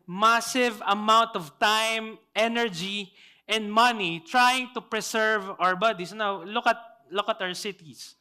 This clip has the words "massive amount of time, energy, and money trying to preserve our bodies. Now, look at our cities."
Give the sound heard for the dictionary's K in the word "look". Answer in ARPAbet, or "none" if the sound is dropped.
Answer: K